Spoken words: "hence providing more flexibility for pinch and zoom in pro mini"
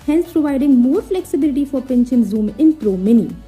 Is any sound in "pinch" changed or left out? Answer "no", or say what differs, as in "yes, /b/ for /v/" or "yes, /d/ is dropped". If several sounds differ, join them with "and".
yes, /ʃ/ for /tʃ/